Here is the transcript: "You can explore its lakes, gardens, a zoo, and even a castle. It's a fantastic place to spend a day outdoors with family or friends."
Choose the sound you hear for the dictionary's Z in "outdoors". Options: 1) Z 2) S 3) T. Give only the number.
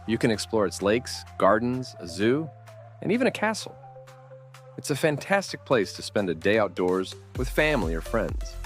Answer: 1